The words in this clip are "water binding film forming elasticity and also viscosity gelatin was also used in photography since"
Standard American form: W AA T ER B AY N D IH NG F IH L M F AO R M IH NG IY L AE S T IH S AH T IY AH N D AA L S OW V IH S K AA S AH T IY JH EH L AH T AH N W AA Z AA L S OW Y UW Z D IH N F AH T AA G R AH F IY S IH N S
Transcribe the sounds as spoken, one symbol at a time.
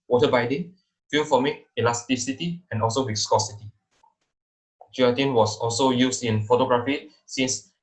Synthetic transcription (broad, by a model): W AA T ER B AY D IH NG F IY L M F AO M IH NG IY L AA S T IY S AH T IY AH N AA L S OW W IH S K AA S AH T IY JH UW AH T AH N W AA S AA L S OW Y UW S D IH N F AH T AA G R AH F IY S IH N S